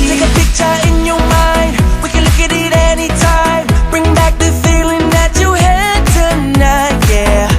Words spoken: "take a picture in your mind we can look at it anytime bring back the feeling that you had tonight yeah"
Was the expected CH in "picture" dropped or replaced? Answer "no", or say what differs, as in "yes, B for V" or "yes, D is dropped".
no